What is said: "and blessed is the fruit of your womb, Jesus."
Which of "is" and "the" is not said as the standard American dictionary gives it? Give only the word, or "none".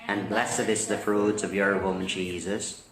is